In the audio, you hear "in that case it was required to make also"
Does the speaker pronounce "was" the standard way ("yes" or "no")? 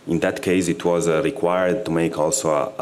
yes